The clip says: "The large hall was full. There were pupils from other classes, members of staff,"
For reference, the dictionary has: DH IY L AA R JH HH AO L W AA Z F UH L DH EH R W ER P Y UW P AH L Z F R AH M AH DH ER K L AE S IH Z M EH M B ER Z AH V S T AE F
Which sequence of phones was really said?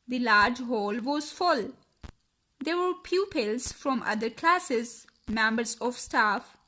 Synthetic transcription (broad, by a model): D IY L AA R JH HH AO L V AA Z F UH L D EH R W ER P Y UW P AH L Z F R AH M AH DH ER K L AE S IH Z M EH M B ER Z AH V S T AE F